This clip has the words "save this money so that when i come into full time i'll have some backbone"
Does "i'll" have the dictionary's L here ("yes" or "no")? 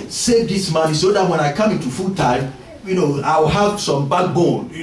no